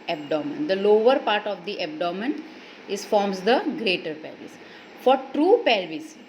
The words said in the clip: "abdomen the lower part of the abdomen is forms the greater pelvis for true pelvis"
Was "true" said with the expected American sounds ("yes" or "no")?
yes